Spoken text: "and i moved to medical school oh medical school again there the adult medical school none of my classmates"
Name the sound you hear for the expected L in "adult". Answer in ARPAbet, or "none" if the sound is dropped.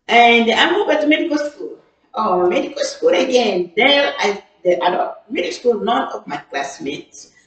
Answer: none